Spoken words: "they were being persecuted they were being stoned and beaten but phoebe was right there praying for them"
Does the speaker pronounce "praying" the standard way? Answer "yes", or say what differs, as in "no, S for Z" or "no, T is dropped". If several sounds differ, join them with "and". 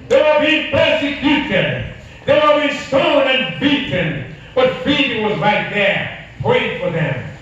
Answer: no, R is dropped